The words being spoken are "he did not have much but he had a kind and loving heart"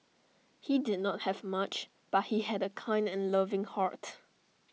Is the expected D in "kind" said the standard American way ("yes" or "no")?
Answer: yes